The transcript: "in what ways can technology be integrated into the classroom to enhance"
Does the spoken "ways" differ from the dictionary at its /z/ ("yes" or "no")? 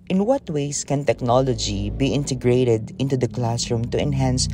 yes